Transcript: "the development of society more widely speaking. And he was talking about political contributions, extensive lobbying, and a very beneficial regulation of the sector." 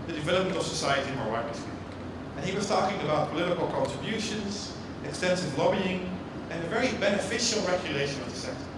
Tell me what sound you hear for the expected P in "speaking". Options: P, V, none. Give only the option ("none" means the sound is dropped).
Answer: none